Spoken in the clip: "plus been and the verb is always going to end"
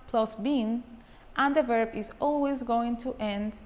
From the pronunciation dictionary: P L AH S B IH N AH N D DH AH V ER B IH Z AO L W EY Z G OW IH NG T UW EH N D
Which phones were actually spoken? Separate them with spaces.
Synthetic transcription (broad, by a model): P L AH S B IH N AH N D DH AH V ER B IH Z AO L W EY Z G OW IH NG T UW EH N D